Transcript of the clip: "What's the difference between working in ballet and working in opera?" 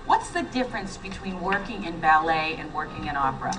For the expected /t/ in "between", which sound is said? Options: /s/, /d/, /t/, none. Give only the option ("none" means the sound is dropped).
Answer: /t/